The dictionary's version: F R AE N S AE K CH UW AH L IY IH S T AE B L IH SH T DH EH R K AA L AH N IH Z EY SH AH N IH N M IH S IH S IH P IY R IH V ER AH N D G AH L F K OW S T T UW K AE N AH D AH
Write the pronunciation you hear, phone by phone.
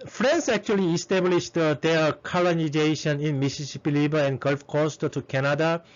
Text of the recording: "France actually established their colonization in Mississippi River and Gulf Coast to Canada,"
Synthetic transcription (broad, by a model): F R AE N S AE K CH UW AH L IY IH S T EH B L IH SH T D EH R K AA L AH N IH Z EY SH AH N IH N M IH S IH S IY P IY L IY B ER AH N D G AH L F K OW S T T UW K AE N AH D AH